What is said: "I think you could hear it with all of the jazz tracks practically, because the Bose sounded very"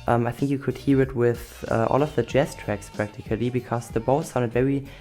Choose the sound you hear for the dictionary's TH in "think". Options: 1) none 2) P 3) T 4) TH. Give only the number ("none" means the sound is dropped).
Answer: 4